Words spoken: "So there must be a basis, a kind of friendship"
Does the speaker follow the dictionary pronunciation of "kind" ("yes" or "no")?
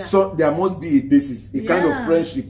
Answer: yes